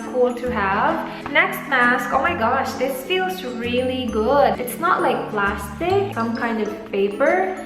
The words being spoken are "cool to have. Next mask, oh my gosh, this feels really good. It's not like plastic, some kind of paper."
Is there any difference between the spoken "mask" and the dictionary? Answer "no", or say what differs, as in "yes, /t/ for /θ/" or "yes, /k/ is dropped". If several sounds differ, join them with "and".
no